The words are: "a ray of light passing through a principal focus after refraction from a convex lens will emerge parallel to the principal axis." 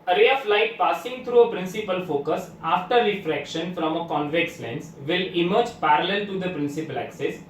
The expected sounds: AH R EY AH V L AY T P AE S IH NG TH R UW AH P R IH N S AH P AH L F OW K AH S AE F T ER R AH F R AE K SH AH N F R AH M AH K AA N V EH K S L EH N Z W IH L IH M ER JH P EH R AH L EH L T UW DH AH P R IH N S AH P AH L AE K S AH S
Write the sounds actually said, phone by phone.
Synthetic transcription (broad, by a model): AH R EY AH F L AY T P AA S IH NG T R UW AH P R IH N S AH P AH L F OW K AH S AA F T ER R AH F R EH K SH AH N F R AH M AH K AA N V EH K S L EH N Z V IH L IH M ER JH P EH R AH L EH L T UW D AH P R IH N S AH P AH L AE K S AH S